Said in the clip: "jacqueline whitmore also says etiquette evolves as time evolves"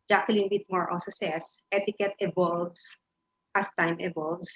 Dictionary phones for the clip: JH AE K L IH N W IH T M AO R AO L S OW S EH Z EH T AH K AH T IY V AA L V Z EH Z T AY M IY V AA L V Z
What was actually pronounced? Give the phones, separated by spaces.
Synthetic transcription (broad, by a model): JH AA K L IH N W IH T M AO R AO S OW S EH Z EH T AH K AH T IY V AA L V S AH S T AY M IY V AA L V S